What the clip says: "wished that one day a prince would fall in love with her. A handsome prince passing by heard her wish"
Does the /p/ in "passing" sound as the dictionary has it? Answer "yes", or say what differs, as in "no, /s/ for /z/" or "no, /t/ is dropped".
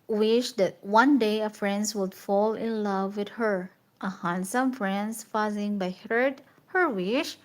no, /f/ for /p/